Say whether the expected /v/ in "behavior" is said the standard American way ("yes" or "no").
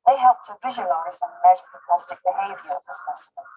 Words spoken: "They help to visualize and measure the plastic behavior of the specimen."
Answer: yes